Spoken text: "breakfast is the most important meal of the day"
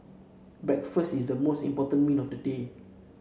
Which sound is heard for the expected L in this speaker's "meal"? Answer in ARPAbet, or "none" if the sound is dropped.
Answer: N